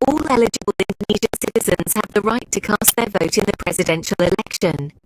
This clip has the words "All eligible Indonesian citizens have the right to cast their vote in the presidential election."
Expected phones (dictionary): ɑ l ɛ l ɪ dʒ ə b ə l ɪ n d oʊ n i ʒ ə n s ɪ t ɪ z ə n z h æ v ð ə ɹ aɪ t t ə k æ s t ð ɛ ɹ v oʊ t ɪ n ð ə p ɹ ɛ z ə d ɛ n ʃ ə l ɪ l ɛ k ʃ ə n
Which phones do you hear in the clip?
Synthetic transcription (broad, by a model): ɑ l ɛ l ɪ dʒ ə b ə l ɪ n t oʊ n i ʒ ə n s ɪ t ɪ z ə n z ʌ v ð ə ɹ aɪ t t ə k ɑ s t ð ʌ v oʊ t ɪ n ð ə p ɹ ɛ z ə d ɛ n ʃ ə l ɪ l ɛ k ʃ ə n